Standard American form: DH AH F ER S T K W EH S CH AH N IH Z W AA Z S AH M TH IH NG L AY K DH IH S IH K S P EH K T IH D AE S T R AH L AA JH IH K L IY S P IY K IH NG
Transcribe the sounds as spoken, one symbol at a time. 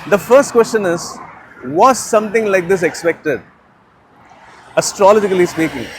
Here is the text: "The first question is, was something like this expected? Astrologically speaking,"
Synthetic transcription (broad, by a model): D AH F ER S T K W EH S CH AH N IH Z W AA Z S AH M T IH NG L AY K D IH S IH K S P EH K T IH D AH S T R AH L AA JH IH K L IY S P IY K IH NG